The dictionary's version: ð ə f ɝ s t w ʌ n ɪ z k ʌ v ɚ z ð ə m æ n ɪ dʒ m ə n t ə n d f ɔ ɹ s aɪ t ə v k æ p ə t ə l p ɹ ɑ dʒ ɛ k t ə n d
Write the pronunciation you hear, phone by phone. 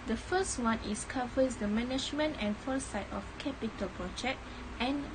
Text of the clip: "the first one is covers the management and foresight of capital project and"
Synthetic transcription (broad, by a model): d ə f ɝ s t w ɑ n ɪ s k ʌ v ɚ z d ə m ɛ n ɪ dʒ m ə n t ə n f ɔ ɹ s aɪ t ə f k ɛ p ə t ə l p ɹ ɑ dʒ ɛ k t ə n